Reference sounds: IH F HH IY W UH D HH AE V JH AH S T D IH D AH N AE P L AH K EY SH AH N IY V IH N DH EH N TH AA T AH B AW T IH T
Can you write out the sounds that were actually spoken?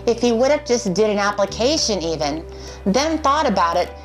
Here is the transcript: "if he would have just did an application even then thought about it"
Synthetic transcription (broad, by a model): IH F HH IY W UH D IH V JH AH S D IH D AH N AE P L AH K EY SH AH N IY V IH N DH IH N TH AA T AH B AW T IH T